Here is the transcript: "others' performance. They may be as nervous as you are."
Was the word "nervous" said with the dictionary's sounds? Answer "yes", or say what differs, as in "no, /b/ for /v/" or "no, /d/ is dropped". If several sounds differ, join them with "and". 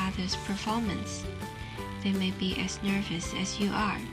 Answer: yes